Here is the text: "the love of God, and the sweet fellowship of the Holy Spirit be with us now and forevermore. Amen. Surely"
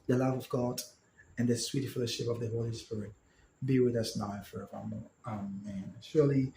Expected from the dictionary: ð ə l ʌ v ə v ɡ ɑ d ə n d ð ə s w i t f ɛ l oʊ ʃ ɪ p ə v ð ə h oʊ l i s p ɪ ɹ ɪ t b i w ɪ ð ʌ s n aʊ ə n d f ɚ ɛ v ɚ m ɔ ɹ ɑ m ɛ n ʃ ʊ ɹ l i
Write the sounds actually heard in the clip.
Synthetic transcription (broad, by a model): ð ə l ʌ v ə v ɡ ɑ d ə n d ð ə s w i t f ɛ l oʊ ʃ ɪ p ə v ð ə h oʊ l i s p ɪ ɹ ɪ t b i w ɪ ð ʌ s n aʊ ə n f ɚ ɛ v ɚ m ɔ ɹ ɑ m ɛ n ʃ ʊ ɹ l i